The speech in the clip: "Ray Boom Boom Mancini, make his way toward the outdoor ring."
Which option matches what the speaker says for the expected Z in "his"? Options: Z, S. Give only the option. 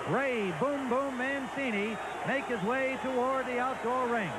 Z